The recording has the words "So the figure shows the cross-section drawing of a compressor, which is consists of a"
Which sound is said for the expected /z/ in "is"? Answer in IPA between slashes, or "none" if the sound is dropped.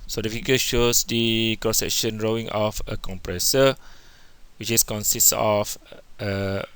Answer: /s/